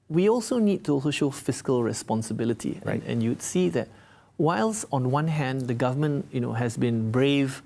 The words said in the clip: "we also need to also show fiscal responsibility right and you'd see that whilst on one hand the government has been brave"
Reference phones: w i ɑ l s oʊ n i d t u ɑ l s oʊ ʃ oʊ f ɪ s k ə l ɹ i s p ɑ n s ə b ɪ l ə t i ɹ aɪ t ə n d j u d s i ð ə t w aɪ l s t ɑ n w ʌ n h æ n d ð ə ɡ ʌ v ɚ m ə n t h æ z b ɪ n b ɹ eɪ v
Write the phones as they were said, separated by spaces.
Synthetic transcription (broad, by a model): w i ɑ l s oʊ n i d t u ɑ l s oʊ ʃ oʊ f ɪ s k ə l ɹ i s p ɑ n s ə b ɪ l ə t i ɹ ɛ ə n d j u d s i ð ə t w aɪ l s ɑ n w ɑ n h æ n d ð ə ɡ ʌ v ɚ m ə n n h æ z b ɪ n b ɹ eɪ v